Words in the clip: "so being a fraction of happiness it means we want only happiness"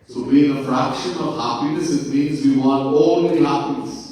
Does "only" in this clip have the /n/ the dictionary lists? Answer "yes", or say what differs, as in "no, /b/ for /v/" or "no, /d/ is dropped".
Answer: no, /n/ is dropped